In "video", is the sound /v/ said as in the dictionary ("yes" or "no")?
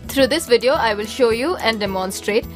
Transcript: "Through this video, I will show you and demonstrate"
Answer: yes